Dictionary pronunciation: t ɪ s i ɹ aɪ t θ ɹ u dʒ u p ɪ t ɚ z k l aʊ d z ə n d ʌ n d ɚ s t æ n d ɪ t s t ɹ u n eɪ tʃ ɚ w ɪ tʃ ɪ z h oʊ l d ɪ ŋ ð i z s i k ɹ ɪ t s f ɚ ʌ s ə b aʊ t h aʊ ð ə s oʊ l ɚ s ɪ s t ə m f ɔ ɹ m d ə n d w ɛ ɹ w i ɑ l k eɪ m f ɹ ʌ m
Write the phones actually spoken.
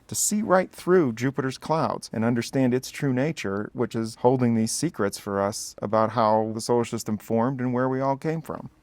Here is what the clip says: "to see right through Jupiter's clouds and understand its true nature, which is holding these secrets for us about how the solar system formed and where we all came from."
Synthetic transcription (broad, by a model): t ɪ s i ɹ aɪ t θ ɹ u dʒ u p ɪ t ɚ z k l aʊ d z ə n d ʌ n d ɚ s t æ n d ɪ t s t ɹ u n eɪ tʃ ɚ w ɪ tʃ ɪ z h oʊ l d ɪ ŋ ð i z s i k ɹ ɪ t s f ɚ ʌ s ə b aʊ t h aʊ ð ə s oʊ ʊ ʃ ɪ s t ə m f ɔ ɹ m d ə n w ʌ ɹ w i ɑ l k eɪ m f ɹ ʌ m